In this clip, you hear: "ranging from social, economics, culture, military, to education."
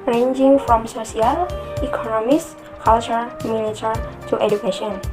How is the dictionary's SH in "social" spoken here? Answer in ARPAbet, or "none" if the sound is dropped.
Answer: S